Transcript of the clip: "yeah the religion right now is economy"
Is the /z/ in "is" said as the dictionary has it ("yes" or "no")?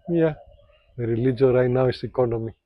no